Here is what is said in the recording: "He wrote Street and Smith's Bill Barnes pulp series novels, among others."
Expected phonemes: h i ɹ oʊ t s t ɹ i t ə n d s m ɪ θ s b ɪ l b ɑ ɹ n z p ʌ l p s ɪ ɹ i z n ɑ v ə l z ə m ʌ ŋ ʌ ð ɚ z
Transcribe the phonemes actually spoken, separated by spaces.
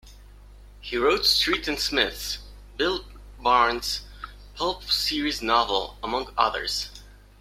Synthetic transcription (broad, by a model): h i ɹ oʊ t s t ɹ i t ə n s m ɪ θ s b ɪ l b ɑ ɹ n z p ʌ l p s ɪ ɹ i z n ɑ v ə l ə m ʌ ŋ ʌ ð ɚ z